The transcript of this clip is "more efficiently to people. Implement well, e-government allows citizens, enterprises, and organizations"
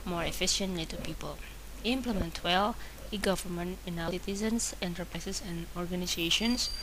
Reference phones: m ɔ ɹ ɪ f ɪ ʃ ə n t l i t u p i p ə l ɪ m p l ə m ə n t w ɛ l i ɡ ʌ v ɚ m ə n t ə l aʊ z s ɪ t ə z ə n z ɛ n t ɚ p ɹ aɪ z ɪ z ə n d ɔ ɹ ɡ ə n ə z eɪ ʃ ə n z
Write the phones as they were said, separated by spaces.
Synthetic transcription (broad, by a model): m ɔ ɹ ɪ f ɪ ʃ ə n t l i t u p i p ə l ɪ m p l ə m ə n t w ɛ l i ɡ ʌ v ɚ m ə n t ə n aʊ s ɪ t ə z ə n s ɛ n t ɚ p ɹ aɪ s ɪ s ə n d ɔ ɹ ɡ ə n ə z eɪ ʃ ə n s